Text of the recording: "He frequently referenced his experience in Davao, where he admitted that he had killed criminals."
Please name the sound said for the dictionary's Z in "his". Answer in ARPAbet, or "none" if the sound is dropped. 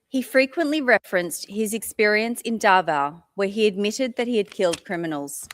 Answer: Z